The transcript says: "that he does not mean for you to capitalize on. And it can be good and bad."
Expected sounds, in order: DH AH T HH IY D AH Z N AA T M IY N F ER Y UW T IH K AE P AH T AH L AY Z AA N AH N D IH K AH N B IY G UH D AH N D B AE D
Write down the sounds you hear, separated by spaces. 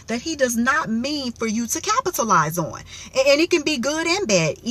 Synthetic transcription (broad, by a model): DH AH T HH IY D AH Z N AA T M IY N F ER Y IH T IH K AE P AH T AH L AY Z N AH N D IH K AH N B IY G UH D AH N B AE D